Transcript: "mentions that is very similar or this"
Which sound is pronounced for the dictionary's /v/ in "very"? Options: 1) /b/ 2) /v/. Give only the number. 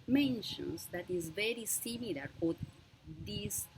2